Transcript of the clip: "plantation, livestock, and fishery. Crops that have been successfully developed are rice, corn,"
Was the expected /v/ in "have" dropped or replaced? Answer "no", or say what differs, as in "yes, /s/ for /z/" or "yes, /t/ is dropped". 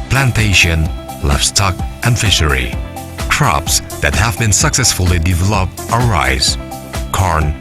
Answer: no